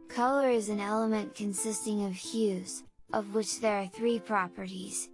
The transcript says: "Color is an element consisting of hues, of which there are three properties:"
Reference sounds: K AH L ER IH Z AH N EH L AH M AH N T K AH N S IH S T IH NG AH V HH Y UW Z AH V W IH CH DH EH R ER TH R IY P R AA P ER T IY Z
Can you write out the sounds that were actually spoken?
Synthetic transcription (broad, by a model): K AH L ER IH Z AH N EH L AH M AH N K AH N S IH S T IH NG AH V HH Y UW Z AH V W IH CH DH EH R TH R IY P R AA P ER T IY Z